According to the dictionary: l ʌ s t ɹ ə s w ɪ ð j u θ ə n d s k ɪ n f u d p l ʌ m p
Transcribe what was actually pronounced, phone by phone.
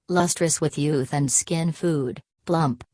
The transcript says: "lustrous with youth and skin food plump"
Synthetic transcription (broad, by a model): l ʌ s t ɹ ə s w ɪ ð j u θ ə n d s k ɪ n f u d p l ʌ m p